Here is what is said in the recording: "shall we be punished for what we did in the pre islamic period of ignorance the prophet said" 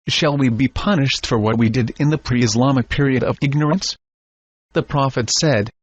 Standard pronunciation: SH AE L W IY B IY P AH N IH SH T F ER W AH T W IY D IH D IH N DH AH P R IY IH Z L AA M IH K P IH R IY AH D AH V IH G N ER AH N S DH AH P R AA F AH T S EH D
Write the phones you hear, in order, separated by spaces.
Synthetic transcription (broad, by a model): SH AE L W IY B IY P AH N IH SH T F ER W AH T W IY D IH D IH N DH AH P R IY IH Z L AA M IH K P IH R IY AH D AH V IH G N ER AH N S DH AH P R AA F AH T S EH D